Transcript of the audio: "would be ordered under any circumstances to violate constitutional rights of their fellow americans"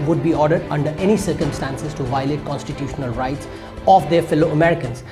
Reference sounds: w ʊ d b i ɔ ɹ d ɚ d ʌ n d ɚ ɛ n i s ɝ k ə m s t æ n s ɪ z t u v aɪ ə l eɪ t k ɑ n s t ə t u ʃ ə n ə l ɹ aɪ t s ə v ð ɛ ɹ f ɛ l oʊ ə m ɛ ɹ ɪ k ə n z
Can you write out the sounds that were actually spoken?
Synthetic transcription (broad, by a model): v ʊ d b i ɔ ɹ d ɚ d ʌ n d ɚ ɛ n i s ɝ k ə m s t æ n s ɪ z t u v aɪ ə l eɪ t k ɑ n s t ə t u ʃ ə n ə l ɹ aɪ t s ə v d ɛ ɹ f ɛ l oʊ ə m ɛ ɹ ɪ k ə n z